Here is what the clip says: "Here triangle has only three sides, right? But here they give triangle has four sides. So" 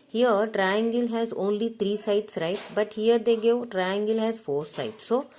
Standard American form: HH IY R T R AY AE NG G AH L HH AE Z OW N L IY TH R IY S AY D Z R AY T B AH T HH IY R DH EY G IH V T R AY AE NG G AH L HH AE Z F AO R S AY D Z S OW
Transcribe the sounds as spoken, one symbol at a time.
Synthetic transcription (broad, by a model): HH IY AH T R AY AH NG G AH L HH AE Z OW N L IY T R IY S AY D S R AY T B AH T HH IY R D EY G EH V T R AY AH NG G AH L HH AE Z F AO R S AY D S OW